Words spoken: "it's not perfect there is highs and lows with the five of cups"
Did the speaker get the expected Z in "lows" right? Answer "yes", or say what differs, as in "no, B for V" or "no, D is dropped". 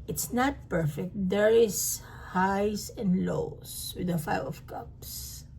no, S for Z